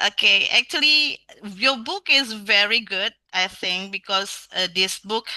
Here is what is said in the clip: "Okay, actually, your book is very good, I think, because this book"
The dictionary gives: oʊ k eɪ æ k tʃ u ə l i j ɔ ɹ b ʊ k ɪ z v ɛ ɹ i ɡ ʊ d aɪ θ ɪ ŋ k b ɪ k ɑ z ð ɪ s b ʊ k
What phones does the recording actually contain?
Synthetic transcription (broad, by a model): oʊ k eɪ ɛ k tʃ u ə l i j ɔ b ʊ k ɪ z v ɛ ɹ i ɡ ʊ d aɪ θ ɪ ŋ k b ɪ k ɑ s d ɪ s b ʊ k